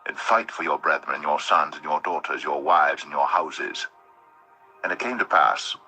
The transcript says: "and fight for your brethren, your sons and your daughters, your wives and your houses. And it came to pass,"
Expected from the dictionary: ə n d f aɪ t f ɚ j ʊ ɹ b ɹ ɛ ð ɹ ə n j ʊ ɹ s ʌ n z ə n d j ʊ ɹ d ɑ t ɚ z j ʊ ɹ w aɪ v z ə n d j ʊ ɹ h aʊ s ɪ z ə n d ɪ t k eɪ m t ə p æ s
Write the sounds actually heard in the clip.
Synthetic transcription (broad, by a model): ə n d f aɪ t f ɚ j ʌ ɹ b ɹ ɛ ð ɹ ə n j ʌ ɹ s ʌ n z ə n j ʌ ɹ d ɑ t ɚ z j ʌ ɹ w aɪ v z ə n j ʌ ɹ h aʊ s ɪ z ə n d ɪ t k eɪ m t ə p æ s